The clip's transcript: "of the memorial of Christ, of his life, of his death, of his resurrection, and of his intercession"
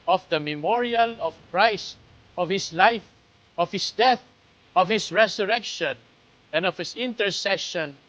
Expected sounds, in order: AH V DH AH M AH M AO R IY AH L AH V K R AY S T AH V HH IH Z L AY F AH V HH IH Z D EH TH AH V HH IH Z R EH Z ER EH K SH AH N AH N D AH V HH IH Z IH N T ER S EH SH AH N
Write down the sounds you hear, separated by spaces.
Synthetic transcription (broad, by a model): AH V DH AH M AH M AO R IY AH L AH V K R AY S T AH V HH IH S L AY F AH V HH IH S D EH TH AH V HH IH S R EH S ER EH K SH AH N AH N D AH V HH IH S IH N T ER S EH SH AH N